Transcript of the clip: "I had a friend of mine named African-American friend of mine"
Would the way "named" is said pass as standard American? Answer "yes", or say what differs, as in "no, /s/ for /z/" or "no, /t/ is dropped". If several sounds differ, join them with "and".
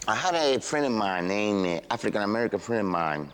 no, /d/ is dropped